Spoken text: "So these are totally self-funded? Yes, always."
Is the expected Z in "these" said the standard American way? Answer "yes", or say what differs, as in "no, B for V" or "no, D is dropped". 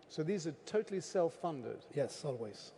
yes